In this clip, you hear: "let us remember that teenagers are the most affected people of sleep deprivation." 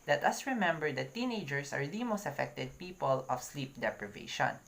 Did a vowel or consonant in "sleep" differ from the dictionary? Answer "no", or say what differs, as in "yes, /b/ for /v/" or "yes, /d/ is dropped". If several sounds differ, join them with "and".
no